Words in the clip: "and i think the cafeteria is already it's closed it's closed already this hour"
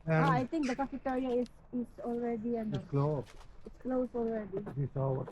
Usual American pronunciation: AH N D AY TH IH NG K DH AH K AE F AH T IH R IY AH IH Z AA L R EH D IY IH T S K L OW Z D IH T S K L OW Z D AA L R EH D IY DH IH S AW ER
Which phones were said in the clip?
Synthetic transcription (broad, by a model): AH AY T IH NG K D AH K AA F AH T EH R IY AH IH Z AA L R EH D IY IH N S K L OW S IH T S K L OW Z AA L R EH D IY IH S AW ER